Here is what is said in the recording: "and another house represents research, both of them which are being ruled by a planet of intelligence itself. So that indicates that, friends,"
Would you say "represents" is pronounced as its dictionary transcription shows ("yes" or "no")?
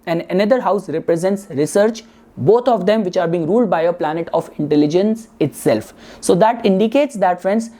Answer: yes